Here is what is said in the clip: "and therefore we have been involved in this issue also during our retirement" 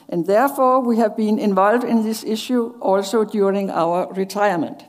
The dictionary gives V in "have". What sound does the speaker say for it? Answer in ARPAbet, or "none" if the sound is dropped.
V